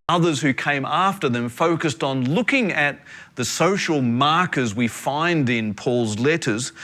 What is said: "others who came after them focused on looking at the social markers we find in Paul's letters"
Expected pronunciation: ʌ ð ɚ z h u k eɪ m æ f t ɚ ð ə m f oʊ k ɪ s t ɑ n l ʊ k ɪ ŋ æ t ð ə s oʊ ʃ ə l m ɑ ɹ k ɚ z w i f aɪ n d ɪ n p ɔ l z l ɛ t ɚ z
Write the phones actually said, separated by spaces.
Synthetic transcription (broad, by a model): ʌ ð ɚ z h u k eɪ m æ f t ɚ ð ə m f oʊ k ɪ s t n l ʊ k ɪ ŋ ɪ t ð ə s oʊ ʃ l m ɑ ɹ k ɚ z w i f aɪ n d ɪ n p ɔ l z l ɛ t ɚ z